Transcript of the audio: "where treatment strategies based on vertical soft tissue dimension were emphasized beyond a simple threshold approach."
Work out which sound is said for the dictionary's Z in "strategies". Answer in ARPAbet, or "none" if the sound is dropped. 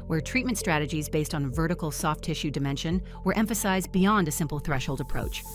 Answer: Z